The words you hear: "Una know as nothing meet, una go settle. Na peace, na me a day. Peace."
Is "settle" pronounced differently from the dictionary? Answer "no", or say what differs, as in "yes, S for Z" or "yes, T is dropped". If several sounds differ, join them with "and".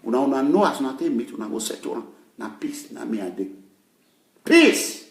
yes, N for L